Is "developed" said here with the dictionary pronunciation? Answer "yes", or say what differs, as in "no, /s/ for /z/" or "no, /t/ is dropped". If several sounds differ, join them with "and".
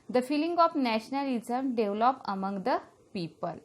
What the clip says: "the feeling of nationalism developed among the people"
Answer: no, /t/ is dropped